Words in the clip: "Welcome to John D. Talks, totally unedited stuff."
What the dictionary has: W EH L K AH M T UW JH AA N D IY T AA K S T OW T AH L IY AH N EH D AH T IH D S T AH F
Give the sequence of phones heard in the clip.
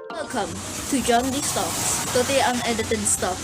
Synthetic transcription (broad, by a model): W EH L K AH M T UW JH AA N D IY T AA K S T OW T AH IY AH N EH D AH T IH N S T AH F